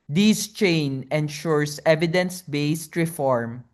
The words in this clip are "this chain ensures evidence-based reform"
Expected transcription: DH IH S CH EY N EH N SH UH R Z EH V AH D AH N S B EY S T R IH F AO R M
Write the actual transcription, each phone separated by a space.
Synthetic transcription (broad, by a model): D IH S CH EY N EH N SH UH R S EH V AH D AH N S B EY S T R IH F AO R M